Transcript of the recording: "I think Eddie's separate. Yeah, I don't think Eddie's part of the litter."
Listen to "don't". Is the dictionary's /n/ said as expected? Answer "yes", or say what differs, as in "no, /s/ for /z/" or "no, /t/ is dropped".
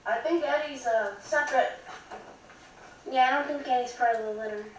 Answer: yes